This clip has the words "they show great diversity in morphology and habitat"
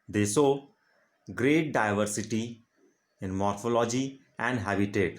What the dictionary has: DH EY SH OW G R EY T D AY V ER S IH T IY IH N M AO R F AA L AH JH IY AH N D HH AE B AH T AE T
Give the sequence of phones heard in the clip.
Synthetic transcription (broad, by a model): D EY S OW G R EY T D AY V ER S IH T IY IH N M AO R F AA L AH JH IY AH N D HH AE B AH T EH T